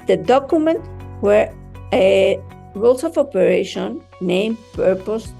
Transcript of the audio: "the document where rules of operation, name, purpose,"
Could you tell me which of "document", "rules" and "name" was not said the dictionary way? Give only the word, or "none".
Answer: rules